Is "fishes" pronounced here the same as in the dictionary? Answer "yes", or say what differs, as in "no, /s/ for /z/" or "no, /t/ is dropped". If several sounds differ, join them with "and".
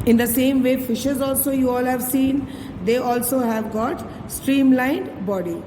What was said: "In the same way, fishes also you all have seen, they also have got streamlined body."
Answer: yes